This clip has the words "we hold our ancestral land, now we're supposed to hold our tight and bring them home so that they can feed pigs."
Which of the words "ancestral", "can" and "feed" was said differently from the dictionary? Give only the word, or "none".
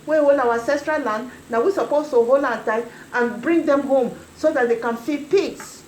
ancestral